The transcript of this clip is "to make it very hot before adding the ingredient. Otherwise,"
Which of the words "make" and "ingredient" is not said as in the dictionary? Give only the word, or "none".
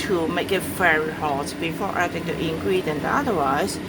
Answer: ingredient